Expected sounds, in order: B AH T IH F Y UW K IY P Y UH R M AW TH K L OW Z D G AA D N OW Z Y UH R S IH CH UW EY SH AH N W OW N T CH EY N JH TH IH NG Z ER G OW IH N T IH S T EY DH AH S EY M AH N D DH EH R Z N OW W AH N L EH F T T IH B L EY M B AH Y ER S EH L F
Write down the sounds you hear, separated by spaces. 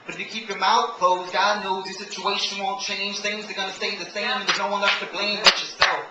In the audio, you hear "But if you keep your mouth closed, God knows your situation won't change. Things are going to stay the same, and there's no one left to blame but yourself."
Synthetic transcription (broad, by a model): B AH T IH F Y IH K IY P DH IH M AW T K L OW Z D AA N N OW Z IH S IH CH UW EY SH AH N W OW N CH EY N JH TH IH NG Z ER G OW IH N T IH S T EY DH AH S EY M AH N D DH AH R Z N OW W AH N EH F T T IH B L EY M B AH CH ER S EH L